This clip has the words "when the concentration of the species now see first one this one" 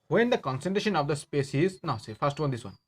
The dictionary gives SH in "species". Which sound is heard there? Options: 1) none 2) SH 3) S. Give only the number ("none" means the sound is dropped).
3